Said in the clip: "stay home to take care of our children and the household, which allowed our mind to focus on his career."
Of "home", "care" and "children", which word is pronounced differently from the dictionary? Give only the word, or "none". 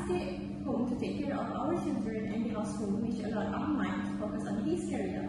none